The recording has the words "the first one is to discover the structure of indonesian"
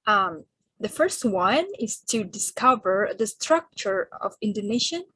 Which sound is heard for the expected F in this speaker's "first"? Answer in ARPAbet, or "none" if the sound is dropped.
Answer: F